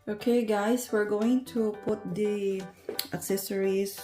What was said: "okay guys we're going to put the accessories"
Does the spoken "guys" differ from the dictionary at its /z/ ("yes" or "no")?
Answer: yes